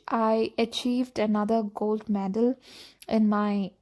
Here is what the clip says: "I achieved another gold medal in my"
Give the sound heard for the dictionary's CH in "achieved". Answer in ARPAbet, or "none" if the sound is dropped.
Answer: CH